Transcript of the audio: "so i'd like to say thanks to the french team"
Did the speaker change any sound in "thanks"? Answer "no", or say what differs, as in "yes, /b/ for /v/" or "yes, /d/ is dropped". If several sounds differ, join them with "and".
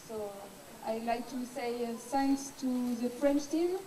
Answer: yes, /s/ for /θ/